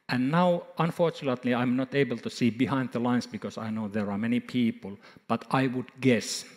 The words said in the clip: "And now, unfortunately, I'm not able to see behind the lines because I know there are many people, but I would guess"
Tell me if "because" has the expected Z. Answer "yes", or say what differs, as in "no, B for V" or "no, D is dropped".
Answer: no, S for Z